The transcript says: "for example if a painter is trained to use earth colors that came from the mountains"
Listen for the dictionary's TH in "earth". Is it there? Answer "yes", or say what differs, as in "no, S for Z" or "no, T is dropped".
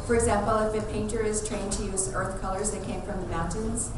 yes